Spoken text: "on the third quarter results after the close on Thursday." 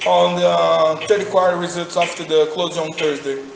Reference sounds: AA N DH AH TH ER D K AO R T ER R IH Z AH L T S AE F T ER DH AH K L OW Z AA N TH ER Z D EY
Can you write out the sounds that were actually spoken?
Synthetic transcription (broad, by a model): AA N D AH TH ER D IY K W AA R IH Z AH T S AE F T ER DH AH K L OW Z AA N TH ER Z D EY